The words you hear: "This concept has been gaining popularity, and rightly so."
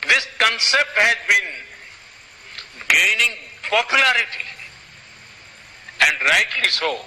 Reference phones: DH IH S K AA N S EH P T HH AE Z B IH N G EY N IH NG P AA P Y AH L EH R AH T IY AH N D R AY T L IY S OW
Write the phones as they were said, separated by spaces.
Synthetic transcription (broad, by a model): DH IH S K AA N S EH P T HH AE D B IH N G EY N IH NG P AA P Y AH L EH R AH T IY AH N D R AY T IY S OW